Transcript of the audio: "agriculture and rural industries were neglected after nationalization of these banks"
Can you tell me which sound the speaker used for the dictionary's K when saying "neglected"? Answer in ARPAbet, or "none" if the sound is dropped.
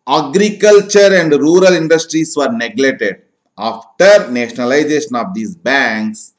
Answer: none